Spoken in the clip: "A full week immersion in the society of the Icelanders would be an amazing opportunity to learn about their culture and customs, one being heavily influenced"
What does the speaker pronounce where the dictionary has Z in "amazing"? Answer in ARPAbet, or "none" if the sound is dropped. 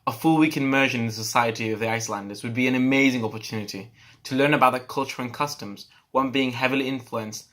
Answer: Z